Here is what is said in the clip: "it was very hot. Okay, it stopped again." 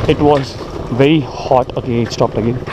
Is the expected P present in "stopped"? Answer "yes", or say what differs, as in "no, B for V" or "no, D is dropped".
yes